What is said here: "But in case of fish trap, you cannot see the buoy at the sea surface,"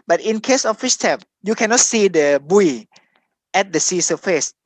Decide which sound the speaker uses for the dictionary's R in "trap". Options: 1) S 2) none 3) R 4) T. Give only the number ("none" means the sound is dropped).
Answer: 2